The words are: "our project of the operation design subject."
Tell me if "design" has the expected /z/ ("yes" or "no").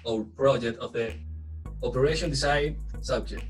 no